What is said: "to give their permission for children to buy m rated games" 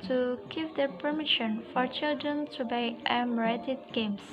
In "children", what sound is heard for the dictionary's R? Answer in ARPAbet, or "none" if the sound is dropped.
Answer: R